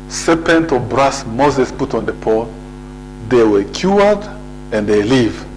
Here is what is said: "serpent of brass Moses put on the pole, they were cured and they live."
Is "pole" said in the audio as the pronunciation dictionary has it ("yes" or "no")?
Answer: no